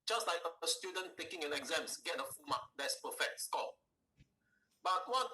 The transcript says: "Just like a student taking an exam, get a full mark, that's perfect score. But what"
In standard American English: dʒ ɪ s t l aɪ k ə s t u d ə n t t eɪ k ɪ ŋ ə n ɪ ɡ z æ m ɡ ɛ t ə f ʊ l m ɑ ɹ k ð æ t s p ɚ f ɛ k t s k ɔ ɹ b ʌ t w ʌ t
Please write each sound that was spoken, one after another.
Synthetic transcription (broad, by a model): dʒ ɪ s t l aɪ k ə s t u d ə n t t eɪ k ɪ ŋ ə n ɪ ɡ z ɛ m ɡ ɛ t ə f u m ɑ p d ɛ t s p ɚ f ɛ k t s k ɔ l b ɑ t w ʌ